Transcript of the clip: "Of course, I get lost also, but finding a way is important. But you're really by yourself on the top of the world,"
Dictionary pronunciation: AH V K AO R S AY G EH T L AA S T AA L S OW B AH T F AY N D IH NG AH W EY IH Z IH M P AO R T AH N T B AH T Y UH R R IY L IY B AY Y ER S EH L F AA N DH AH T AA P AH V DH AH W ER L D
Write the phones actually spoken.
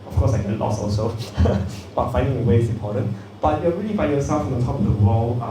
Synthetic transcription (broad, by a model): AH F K AO S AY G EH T L AA S AA L S OW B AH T F AY N D IH NG AH W EY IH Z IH M P AO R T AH N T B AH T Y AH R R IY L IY B AY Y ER S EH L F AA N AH T AA P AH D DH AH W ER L